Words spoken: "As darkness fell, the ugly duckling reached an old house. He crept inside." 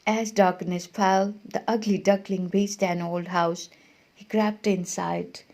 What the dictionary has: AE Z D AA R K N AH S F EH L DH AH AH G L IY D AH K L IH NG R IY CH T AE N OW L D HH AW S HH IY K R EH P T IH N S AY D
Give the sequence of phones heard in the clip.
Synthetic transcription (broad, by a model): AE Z D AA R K N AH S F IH L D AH AH G L IY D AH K L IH NG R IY S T AE N OW L D HH AW S HH IY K R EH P T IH N S AY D